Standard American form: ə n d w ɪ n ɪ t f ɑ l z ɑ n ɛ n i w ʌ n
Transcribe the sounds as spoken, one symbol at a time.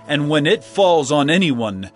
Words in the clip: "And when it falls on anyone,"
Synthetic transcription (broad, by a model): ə n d w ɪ n ɪ t f ɑ l z n ɛ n i w ʌ n